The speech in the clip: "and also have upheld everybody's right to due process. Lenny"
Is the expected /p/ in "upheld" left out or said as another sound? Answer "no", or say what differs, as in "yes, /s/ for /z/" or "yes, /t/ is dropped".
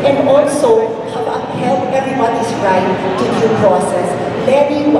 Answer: yes, /p/ is dropped